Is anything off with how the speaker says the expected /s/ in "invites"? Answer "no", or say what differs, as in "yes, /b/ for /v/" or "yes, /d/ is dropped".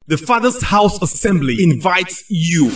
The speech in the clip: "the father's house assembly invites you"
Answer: no